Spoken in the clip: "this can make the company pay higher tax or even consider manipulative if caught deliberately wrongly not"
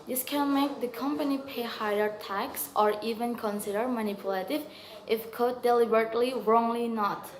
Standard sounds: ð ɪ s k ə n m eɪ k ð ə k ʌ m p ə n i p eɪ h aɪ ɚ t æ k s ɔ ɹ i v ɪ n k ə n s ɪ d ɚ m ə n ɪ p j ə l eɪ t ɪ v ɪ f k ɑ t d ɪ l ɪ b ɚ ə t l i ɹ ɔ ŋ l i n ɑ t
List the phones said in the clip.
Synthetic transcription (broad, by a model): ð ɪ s k ə n m eɪ k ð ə k ʌ m p ə n i p eɪ h aɪ ɚ t æ k s ɔ ɹ i v ɪ n k ə n s ɪ d ɚ m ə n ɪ p j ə l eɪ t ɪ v ɪ f k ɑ d ɪ l ɪ b ɚ ə t l i ɹ ɔ ŋ l i n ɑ t